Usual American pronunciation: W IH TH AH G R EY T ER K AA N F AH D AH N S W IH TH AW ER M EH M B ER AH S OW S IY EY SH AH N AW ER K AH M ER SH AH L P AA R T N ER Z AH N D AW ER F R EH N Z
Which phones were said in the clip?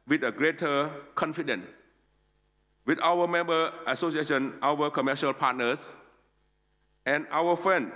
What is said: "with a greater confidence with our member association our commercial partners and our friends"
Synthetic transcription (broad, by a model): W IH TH AH G R EY T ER K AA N F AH D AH N W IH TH AW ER M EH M B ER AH S OW S IY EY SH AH N AW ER K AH M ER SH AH L P AA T N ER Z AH N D AW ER F R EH N